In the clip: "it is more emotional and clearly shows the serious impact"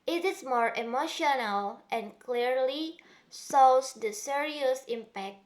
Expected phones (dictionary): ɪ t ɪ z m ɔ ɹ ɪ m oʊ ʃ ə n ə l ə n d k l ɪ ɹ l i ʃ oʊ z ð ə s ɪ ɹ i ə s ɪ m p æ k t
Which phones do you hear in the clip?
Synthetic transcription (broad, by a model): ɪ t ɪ s m ɔ ɹ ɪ m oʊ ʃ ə n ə l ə n k l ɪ ɹ l i s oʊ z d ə s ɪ ɹ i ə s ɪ m p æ k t